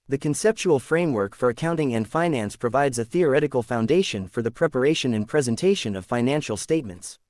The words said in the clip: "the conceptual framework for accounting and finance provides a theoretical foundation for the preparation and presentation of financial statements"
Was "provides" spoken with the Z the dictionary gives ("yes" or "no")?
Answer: yes